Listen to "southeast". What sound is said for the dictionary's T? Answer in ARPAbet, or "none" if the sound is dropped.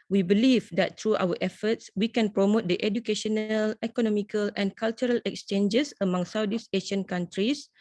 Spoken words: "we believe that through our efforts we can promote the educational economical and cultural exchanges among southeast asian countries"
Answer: none